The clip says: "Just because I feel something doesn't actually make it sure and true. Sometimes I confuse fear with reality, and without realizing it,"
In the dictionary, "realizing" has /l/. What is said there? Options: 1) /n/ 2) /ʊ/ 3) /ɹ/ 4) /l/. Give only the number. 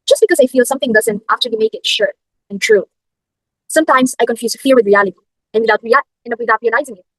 1